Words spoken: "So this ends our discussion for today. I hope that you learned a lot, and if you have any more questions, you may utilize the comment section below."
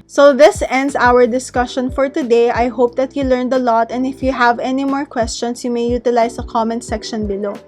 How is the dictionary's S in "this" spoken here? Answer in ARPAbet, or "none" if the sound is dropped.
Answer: S